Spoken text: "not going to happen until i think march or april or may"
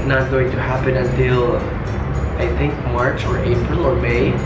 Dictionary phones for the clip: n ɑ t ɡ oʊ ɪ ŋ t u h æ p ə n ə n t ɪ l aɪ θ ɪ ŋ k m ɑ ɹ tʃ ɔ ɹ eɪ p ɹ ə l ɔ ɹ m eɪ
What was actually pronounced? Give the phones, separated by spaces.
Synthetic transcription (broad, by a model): n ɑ t ɡ oʊ ɪ ŋ t u h æ p ə n ə n t ɪ l aɪ θ ɪ ŋ k m ɑ ɹ tʃ ɔ ɹ eɪ p ɹ ə l ɔ ɹ m eɪ